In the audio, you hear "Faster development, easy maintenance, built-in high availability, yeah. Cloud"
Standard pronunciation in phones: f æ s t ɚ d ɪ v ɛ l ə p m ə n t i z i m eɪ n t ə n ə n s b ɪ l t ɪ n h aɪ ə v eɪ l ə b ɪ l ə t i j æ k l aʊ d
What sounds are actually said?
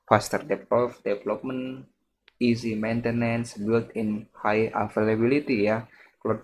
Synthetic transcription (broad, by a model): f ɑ s t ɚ d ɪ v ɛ l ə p m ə n i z i m eɪ n t ə n ə n s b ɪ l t ɪ n h aɪ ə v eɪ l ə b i l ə t i j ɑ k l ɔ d